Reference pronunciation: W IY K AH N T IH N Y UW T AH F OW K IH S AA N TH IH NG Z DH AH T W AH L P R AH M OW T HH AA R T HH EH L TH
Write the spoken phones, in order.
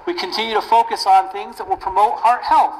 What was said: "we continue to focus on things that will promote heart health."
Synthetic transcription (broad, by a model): W IY K AH N T IH N Y UW T AH F OW K IH S N TH IH NG Z DH AH T W AH L P R AH M OW T HH AA R T HH EH L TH